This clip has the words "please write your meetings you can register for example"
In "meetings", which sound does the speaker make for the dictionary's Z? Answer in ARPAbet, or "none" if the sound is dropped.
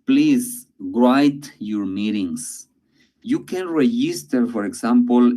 S